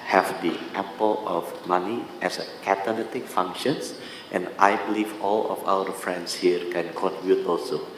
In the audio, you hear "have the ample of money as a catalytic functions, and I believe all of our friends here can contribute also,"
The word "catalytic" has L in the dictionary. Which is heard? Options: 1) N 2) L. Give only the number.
1